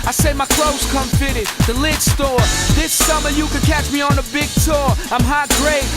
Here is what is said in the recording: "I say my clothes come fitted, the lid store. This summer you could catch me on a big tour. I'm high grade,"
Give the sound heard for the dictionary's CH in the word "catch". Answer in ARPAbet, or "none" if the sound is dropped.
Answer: CH